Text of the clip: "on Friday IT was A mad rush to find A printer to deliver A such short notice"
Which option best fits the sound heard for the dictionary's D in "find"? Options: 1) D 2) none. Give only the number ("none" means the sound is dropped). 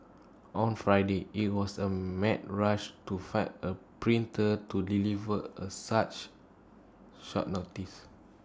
2